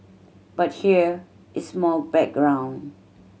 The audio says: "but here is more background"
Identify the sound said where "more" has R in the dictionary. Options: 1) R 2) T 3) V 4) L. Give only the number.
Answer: 4